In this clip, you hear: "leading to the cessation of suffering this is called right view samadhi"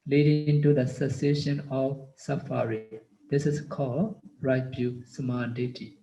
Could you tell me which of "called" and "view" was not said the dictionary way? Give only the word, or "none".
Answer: view